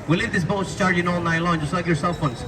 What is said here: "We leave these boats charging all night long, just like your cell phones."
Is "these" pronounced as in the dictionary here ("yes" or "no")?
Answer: no